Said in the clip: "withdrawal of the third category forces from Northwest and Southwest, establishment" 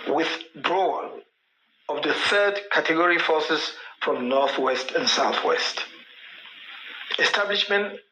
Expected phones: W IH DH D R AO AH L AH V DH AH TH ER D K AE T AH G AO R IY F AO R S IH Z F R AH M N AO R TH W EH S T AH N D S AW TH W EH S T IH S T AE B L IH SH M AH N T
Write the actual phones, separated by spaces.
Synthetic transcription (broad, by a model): W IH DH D R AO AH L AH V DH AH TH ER D K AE T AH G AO R IY F AO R S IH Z F R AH M N AO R TH W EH S T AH N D S AW TH W EH S T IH S T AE B L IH SH M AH N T